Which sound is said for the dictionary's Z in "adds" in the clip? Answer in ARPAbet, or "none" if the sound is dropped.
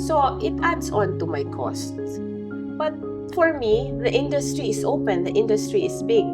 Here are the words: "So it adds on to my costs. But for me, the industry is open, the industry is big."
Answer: S